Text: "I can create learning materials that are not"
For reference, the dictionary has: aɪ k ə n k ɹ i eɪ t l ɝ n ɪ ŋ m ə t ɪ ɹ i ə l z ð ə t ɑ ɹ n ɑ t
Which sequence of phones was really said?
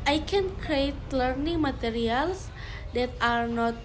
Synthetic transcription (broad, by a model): aɪ k ə n k ɹ i eɪ t l ɝ n ɪ ŋ m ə t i ɹ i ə l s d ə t ɑ ɹ n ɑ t